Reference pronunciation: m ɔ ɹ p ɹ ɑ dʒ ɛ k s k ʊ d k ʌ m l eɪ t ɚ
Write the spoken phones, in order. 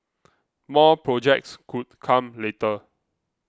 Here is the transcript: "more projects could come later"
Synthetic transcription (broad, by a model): m ɔ p ɹ ɑ dʒ ɛ k s k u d k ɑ m l eɪ t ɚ